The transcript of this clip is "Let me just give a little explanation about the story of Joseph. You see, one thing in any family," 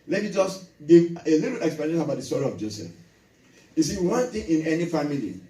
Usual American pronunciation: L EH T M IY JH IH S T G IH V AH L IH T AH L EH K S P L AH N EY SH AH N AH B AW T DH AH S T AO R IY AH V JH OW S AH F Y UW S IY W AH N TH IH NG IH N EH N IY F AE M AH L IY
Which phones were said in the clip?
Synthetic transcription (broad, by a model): L EH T M IY JH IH S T G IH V AH L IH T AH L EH K S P AH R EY AH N AH B AW T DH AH S T AO R IY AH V JH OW S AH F Y UW S IY W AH N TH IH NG IH N EH N IY F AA M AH L IY